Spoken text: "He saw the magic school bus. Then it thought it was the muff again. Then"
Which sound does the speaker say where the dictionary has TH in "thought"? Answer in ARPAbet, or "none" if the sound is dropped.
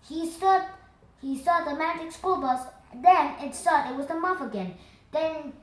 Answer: S